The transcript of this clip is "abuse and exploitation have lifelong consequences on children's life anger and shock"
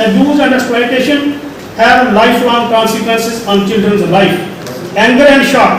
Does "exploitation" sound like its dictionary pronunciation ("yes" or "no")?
no